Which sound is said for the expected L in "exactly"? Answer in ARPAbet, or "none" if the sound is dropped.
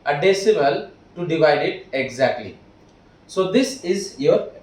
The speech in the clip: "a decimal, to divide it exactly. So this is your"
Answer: L